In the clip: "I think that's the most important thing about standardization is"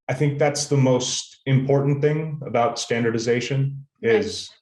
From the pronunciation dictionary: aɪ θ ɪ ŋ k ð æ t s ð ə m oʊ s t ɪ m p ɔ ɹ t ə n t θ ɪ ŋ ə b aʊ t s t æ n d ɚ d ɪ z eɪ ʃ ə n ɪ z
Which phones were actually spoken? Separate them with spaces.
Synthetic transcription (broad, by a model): aɪ θ ɪ ŋ k ð æ t s ð ə m oʊ s t ɪ m p ɔ ɹ t n θ ɪ ŋ ə b aʊ t s t æ n d ɚ d ɪ z eɪ ʃ ə n ɪ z